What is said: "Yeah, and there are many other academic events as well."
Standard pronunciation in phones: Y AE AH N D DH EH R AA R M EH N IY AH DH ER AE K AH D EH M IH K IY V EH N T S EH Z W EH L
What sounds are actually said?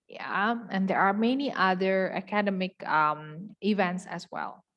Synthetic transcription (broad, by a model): Y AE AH N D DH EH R AA R M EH N IY AH DH ER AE K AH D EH M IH K IY V EH N T S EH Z W EH L